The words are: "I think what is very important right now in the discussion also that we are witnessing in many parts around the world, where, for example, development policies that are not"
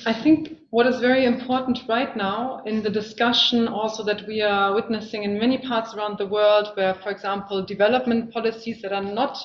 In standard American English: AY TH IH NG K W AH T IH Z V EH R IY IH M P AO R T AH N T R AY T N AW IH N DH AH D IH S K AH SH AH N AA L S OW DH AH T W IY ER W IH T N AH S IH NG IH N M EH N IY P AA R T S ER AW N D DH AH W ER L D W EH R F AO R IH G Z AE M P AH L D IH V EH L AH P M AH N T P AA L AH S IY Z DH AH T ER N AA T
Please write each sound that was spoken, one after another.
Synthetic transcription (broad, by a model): AY TH IH NG K W AH T IH Z V EH R IY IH M P AO R T N T R AY T N AW IH N DH AH D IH S K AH SH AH N AA L S OW DH AH T W IY ER W IH T N AH S IH NG IH N M EH N IY P AA R T S ER AW N D DH AH W ER L D W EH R F AO R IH G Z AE M P L D IH V EH L AH P M AH N T P AA L AH S IY Z DH AH T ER N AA T